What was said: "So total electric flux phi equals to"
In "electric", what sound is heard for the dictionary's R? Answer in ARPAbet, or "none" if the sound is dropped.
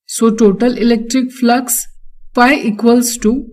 R